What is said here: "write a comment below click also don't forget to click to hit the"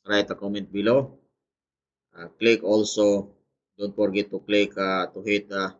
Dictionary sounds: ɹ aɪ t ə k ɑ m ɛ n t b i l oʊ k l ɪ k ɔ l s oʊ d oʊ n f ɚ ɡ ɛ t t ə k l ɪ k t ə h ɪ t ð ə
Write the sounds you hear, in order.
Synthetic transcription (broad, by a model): ɹ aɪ t ə k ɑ m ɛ n t b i l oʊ k l ɪ k ɔ l s oʊ d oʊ n p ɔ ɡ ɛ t t ə k l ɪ k t ə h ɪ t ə